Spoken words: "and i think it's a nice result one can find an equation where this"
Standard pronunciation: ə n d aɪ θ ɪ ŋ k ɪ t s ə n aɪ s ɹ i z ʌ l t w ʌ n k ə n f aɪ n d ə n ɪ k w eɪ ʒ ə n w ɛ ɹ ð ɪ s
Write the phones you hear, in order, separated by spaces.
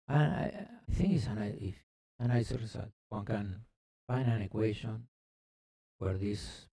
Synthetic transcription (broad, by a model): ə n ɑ aɪ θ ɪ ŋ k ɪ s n ə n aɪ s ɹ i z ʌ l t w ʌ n k ə n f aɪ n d ə n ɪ k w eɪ ʃ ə n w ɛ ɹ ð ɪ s